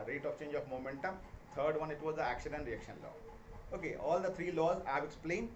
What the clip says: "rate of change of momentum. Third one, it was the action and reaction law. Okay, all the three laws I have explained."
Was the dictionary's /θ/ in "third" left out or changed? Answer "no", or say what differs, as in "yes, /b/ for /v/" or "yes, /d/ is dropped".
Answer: yes, /t/ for /θ/